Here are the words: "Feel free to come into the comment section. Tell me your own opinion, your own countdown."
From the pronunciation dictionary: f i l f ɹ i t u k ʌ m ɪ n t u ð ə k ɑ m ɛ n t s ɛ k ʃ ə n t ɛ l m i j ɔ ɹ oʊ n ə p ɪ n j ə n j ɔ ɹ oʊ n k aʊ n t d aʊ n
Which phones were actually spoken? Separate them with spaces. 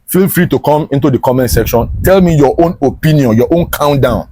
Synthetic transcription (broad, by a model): f i l f ɹ i t u k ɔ m ɪ n t u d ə k ɑ m ɛ n t s ɛ k ʃ ə n t ɛ l m i j ɔ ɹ oʊ n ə p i n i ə n j ɔ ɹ oʊ n k aʊ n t d aʊ n